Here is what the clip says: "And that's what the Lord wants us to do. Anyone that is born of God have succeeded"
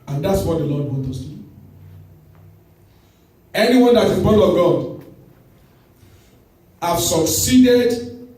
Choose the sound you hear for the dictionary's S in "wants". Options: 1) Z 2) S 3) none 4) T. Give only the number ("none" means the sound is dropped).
3